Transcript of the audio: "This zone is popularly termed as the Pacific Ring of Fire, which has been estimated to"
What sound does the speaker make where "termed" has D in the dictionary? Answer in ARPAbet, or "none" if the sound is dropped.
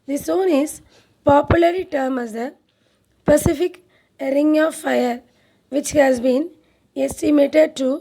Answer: none